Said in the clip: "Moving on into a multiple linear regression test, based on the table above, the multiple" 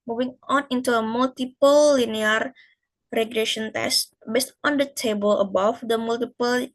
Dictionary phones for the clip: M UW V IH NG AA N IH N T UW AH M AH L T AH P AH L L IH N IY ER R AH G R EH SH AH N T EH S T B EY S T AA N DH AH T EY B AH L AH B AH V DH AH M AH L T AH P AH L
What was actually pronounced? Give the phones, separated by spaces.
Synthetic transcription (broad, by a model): M UW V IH NG AA N IH N T UW AH M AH L T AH P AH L L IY N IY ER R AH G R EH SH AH N T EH S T B EY S T AA N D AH T EY B AH L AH B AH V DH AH M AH L T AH P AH L